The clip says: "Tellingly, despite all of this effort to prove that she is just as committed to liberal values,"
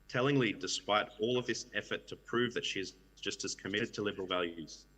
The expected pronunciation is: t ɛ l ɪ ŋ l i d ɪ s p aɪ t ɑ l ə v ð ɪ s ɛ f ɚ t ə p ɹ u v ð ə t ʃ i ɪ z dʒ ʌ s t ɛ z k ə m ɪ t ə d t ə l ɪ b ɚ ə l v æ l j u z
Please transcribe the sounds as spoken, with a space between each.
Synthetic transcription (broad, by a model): t ɛ l ɪ ŋ l i d ɪ s p aɪ t ɑ l ə v ð ɪ s ɛ f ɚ t ə p ɹ u v ð ə t ʃ i ɪ z dʒ ʌ s t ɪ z k ə m ɪ t ə d t ə l ɪ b ɚ l v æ l j u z